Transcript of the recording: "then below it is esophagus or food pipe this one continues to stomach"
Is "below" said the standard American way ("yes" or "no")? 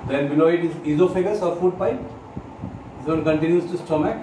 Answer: no